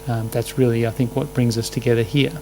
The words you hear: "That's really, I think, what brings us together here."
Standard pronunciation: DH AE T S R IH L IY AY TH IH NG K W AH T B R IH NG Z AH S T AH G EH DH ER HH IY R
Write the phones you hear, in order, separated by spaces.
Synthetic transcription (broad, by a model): DH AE T S R IH L IY AY TH IH NG K W AH T B R IH NG Z AH S T AH G EH DH ER HH IY R